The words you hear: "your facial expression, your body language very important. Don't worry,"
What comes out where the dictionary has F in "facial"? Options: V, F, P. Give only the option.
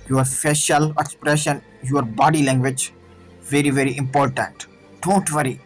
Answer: P